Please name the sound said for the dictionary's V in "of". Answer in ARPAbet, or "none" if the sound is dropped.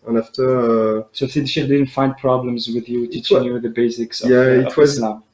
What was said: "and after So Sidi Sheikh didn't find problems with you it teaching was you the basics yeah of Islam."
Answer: W